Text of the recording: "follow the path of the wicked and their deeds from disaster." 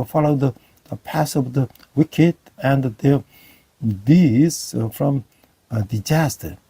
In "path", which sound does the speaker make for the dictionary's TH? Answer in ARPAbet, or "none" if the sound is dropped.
S